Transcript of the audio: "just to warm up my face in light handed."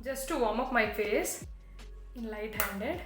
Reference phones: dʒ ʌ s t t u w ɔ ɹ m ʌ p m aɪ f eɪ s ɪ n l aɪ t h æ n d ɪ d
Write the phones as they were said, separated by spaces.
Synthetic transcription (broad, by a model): dʒ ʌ s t t u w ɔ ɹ m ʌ f m aɪ f eɪ s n l aɪ t h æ n d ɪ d